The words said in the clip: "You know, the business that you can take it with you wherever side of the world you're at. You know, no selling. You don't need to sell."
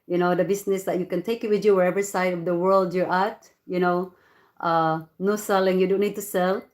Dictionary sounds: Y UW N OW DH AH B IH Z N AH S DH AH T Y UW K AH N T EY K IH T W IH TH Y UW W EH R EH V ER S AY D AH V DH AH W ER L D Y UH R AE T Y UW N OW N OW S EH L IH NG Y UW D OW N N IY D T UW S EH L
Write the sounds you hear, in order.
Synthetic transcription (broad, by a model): Y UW N OW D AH B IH S N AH S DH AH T Y UW K AH N T EY K IH T W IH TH Y UW W EH R EH V ER S AY D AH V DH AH W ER L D Y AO R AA T Y UW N OW N OW S EH L IH NG Y UW D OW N N IY D T UW S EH L